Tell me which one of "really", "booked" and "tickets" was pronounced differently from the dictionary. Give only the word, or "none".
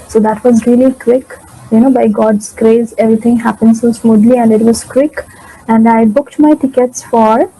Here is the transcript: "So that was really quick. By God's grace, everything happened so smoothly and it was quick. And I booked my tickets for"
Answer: none